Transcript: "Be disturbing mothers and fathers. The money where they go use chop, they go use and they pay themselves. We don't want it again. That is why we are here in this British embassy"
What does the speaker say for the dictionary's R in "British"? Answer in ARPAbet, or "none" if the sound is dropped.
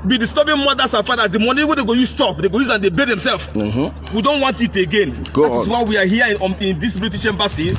L